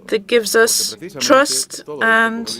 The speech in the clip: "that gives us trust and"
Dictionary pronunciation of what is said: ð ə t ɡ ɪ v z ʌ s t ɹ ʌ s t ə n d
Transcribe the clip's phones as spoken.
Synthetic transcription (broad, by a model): ð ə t ɡ ɪ v z ʌ s t ɹ ʌ s t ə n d